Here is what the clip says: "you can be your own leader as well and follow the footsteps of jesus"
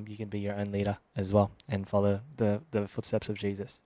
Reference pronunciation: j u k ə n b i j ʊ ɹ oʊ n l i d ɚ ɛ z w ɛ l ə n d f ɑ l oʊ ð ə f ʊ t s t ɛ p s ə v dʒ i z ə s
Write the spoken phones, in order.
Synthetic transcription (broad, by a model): j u k ə n b i j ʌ ɹ oʊ n l i d ɚ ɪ z w ɛ l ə n f ɑ l oʊ ð ə f ʊ t s t ɛ p s ə v dʒ i z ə s